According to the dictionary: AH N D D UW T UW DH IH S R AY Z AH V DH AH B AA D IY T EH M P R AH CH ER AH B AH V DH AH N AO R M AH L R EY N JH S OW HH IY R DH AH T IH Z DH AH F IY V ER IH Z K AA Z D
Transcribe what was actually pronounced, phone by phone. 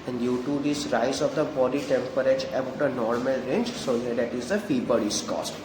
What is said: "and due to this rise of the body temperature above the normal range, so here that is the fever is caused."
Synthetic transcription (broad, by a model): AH N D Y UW T UW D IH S R AY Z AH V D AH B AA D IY T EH M P R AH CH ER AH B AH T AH N AO R M AH L R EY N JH S OW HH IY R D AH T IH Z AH F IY B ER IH S K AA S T